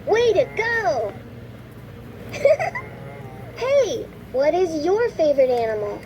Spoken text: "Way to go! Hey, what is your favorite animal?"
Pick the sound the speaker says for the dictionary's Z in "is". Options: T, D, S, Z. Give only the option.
Z